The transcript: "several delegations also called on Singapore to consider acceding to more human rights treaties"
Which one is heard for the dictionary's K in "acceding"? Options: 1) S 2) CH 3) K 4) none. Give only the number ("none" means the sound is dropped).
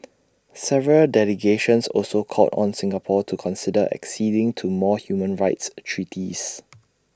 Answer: 3